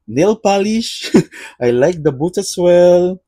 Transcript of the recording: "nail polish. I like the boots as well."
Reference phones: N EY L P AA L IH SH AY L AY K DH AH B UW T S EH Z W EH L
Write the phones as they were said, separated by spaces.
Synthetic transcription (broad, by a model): N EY L P AA L IH SH AY L AY K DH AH B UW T EH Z W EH L